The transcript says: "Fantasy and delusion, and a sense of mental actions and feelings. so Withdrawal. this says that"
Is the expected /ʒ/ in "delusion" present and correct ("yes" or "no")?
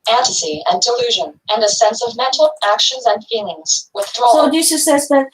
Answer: yes